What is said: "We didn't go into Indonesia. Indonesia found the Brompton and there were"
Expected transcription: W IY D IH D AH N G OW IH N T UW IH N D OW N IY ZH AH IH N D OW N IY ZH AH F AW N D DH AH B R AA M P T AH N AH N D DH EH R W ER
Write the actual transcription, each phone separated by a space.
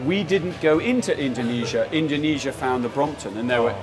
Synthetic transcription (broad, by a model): W IY D IH D N G OW IH N T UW IH N D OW N IY ZH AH IH N D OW N IY ZH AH F AW N DH AH B R AA M P T AH N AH N DH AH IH W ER